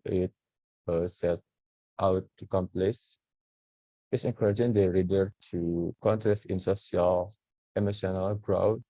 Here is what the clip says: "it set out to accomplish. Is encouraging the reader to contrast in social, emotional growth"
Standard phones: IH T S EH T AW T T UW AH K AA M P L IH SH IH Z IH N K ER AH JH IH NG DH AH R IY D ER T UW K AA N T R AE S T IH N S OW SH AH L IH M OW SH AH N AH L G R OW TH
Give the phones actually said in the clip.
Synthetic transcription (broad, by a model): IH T S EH T AW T T UW K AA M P L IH S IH S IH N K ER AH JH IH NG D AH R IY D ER T UW K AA N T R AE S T IH N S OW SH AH L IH M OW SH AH N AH L G R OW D